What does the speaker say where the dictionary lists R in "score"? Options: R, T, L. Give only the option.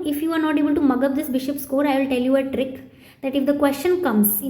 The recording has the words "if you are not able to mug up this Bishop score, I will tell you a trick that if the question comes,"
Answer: R